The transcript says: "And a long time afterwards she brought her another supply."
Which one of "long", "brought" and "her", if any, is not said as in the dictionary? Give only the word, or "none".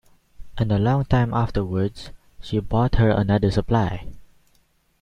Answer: brought